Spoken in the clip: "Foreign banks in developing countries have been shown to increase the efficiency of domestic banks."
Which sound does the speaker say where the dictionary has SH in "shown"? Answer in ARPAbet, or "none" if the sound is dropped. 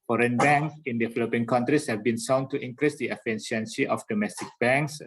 S